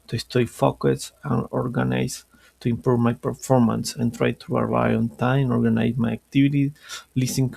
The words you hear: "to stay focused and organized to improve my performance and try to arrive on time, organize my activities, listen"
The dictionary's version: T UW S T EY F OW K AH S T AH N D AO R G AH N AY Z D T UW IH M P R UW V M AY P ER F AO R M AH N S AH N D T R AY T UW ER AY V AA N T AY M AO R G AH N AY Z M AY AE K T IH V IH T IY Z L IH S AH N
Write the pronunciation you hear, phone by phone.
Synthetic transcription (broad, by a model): T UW S T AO F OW K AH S AH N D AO R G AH N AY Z T UW IH M P R UW V M AY P ER F AO R M AH N S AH N T R AY T UW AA AY AA N T AY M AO R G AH N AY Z M AY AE K T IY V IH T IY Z L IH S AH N